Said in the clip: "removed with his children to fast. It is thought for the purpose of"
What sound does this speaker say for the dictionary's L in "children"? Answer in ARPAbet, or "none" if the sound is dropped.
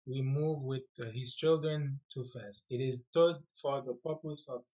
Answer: L